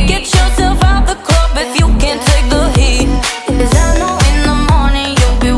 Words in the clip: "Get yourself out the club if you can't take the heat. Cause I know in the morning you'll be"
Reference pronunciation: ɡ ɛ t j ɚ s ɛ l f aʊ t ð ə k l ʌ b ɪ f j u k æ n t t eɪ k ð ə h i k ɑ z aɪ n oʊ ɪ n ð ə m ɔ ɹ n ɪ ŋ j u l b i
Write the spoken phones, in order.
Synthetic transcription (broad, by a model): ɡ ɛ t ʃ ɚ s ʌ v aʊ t ð ə k ʌ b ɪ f j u k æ n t t eɪ k ð ə h i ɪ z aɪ n oʊ ɪ n ð ə m ɔ ɹ n ɪ ŋ j u l b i